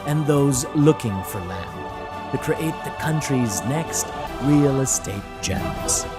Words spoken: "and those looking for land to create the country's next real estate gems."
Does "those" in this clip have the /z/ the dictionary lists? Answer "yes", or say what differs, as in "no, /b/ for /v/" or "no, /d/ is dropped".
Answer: yes